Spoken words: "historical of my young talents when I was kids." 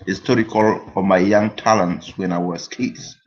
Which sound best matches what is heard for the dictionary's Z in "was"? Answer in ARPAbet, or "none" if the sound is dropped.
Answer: S